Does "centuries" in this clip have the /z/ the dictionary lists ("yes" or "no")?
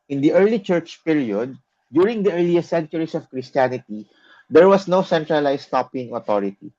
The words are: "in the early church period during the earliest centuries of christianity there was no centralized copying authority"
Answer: no